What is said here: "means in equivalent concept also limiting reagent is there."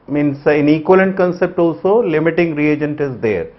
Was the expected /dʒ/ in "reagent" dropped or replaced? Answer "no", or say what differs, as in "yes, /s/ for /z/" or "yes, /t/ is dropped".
no